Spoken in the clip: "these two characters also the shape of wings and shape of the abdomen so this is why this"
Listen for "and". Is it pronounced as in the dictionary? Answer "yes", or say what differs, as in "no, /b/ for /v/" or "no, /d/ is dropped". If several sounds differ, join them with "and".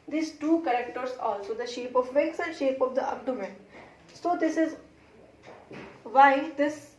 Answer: no, /l/ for /n/